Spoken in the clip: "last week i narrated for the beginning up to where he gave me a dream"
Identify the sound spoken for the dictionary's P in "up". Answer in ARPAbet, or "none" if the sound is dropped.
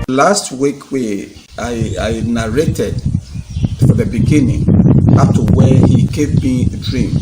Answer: F